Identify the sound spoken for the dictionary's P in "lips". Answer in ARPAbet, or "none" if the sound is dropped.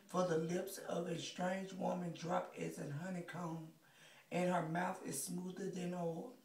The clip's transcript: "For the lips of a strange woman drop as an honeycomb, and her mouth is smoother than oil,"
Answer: P